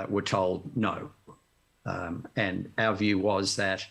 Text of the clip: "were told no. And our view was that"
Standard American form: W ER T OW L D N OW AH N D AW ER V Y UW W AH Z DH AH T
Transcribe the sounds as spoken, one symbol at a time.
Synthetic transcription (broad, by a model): W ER T OW L D N OW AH N AW ER V Y UW W AH Z DH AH T